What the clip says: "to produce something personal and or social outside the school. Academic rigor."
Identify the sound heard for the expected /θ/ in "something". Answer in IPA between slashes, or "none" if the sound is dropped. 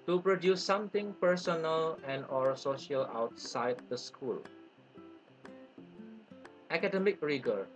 /t/